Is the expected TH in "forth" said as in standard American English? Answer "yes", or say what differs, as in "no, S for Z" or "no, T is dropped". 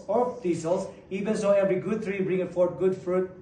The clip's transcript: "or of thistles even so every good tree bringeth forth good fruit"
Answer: no, T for TH